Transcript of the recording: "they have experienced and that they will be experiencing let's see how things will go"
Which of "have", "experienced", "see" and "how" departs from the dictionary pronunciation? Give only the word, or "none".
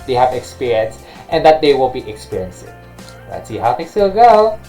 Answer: none